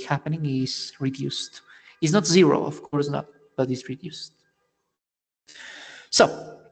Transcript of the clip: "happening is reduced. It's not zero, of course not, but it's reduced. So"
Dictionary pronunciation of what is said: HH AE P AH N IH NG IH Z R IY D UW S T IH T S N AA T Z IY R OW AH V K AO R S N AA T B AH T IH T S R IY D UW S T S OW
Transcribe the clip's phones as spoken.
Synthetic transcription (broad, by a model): HH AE P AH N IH NG IH Z R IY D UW S T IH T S N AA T Z IY R OW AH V K AO R S N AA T B AH T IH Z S R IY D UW S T S OW